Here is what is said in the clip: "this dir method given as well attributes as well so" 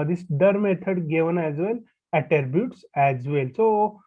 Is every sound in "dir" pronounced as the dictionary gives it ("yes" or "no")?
yes